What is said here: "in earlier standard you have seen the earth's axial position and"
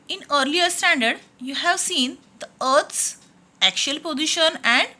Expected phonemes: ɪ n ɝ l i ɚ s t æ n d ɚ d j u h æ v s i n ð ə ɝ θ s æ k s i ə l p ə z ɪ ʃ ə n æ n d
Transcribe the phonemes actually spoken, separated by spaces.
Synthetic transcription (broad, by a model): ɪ n ɝ l i ɚ s t æ n d ɚ d j u h æ v s i n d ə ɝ t s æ k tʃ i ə l p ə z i ʃ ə n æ n d